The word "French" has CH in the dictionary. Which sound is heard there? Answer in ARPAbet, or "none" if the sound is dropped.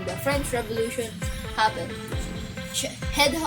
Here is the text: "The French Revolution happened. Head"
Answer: CH